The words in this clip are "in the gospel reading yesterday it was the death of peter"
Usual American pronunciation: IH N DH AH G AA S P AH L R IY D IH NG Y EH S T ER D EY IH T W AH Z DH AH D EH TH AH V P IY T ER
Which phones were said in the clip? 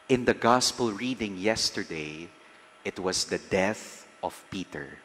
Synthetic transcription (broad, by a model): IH N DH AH G AA S P AH L R IY D IH NG Y EH S T ER D EY IH T W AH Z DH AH D EH TH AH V P IY T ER